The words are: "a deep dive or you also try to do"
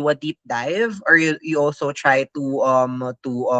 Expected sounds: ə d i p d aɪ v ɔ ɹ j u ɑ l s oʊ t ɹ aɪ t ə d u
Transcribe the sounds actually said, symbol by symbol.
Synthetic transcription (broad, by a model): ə d i p d aɪ v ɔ ɹ j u ɑ l s oʊ t ɹ aɪ t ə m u